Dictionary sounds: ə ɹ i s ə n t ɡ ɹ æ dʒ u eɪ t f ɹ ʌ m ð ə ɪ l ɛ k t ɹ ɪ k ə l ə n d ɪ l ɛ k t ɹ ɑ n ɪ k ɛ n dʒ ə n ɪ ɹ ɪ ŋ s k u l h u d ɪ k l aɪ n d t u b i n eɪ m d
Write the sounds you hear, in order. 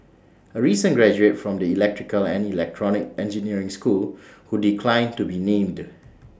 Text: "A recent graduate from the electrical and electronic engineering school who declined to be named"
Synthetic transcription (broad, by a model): ə ɹ i s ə n ɡ ɹ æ dʒ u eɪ t f ɹ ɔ m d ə ɪ l ɛ k t ɹ ɪ k ə l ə n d ɪ l ɛ k t ɹ ɑ n ɪ k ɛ n dʒ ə n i ɹ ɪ ŋ s k u l h u d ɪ k l aɪ n t u b i n eɪ m d